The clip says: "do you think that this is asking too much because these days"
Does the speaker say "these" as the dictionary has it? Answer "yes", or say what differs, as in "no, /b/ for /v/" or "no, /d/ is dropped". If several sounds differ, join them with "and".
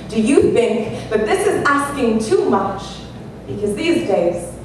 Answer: yes